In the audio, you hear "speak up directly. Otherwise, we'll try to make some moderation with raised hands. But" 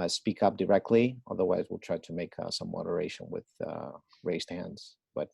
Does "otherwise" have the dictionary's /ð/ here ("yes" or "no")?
yes